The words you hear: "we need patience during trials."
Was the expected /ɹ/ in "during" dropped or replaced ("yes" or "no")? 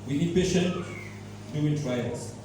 yes